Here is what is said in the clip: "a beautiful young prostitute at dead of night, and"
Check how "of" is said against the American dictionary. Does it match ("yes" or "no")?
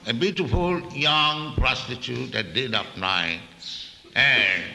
no